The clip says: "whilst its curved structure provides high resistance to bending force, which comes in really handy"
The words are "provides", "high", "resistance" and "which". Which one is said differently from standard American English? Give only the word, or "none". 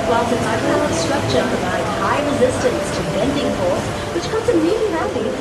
provides